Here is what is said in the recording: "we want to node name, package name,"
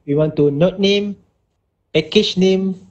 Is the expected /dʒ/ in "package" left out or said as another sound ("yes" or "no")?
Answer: yes